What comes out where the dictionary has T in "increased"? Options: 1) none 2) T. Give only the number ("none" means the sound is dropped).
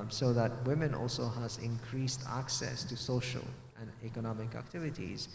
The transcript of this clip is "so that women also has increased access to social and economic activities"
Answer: 2